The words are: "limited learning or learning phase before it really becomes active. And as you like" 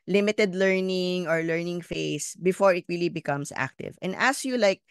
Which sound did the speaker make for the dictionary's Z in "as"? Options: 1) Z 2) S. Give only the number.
2